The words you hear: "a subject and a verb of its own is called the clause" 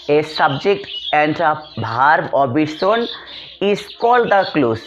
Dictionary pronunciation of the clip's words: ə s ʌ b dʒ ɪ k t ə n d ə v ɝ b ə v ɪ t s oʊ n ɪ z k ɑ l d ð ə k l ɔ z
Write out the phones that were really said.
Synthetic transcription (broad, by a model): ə s ʌ b dʒ ɪ k t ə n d ə b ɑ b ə b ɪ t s oʊ n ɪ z k ɑ l d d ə k l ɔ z